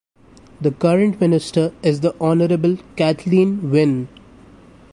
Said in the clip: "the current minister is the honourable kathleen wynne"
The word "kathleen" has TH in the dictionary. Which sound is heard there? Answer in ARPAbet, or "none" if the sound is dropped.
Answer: T